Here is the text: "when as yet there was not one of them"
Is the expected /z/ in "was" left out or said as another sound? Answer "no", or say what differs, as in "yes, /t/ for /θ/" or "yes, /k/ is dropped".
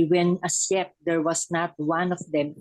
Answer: yes, /s/ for /z/